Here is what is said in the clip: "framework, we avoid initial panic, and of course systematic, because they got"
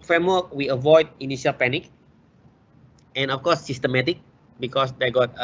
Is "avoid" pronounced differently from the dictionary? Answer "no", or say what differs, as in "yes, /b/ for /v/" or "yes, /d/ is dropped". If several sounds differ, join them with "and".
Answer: no